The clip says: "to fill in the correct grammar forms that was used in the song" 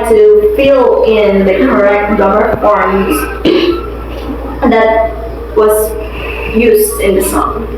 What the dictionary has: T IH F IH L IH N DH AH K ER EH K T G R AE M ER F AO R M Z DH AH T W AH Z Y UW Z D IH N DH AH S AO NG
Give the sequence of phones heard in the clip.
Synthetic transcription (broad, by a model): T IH F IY L IH N DH AH K ER EH K T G AH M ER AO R Z DH AH T W AH Z Y UW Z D IH N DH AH S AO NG